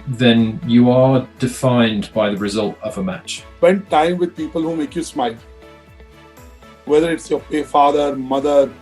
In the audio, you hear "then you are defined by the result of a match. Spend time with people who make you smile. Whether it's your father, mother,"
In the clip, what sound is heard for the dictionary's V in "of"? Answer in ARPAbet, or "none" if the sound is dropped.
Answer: V